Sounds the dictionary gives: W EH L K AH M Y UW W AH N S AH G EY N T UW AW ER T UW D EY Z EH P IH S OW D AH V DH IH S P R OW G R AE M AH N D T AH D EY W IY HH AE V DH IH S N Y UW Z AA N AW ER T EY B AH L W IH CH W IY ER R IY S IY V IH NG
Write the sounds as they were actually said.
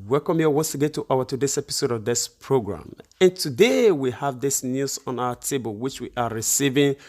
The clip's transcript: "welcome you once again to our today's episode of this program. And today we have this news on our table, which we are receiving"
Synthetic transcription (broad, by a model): W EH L K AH M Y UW W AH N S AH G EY T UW AW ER T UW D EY S EH P IH S OW D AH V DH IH S P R OW G R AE M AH N T AH D EY W IY HH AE V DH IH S N Y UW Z AA N AW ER T EY B AH L W IH CH W IY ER R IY S IY V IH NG